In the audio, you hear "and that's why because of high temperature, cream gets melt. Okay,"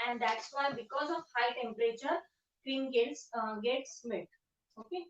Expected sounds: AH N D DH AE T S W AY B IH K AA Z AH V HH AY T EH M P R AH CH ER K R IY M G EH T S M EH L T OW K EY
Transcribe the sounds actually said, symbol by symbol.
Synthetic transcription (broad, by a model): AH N D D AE T S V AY B IH K AA Z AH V HH AY T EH M P R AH CH ER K R IY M G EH T S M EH T OW K EY